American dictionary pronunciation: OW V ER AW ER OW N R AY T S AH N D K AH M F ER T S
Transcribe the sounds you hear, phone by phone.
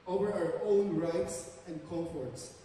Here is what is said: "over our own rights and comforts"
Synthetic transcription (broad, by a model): OW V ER AW ER OW N R AY T S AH N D K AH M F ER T S